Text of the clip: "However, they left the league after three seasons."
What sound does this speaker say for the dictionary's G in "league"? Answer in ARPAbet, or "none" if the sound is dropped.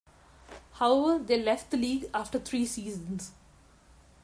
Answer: G